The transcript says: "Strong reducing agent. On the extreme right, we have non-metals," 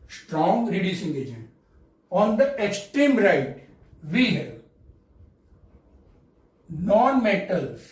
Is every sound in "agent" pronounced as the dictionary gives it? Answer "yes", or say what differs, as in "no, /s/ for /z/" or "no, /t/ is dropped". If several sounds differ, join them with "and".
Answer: no, /t/ is dropped